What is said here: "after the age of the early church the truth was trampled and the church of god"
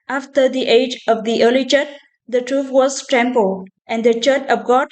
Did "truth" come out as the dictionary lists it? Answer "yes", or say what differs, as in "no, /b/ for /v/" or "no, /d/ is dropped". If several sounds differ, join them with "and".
no, /f/ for /θ/